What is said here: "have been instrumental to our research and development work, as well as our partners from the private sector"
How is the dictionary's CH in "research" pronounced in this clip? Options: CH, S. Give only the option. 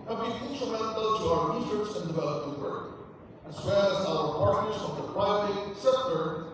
S